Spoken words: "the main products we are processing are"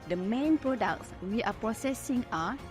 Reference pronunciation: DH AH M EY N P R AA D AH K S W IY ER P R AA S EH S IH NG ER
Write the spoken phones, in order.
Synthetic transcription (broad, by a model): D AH M EY N P R AA D AH K S W IY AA P R AA S EH S IH NG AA